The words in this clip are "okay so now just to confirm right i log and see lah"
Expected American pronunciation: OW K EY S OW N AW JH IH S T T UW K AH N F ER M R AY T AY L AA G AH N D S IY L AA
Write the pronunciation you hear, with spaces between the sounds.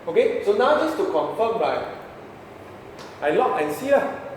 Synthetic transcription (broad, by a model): OW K EY S OW N AW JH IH S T T UW K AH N F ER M L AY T AY L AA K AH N S IY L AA